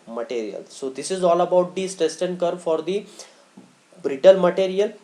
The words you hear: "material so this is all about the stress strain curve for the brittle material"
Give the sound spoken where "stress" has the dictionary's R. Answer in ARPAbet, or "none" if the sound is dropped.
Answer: none